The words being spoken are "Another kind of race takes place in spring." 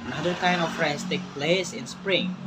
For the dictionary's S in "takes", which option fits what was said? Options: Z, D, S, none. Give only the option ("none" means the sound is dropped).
none